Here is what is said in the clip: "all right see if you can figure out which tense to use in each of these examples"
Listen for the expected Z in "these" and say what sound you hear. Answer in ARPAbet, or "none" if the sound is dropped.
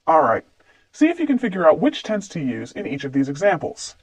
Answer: Z